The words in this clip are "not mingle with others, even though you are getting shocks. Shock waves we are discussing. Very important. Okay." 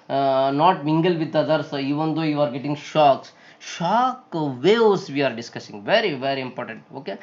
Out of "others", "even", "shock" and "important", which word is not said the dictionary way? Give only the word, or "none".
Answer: others